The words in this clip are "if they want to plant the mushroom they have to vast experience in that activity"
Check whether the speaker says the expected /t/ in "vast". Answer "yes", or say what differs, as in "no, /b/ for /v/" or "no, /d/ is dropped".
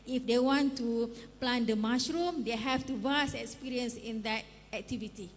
no, /t/ is dropped